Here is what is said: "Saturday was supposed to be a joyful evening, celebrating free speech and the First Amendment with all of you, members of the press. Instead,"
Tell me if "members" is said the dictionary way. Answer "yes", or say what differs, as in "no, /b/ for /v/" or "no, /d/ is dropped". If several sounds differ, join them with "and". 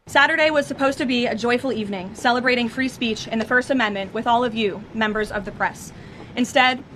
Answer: yes